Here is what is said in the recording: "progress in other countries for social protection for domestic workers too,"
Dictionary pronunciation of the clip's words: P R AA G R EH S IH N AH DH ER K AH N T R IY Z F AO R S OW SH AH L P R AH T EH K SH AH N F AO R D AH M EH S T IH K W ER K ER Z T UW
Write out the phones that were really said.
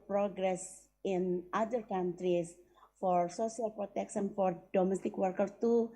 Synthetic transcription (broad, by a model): P R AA G R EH S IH N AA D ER K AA N T R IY S F AO R S OW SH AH L P R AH T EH K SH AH N F AO R D AH M EH S T IH K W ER K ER T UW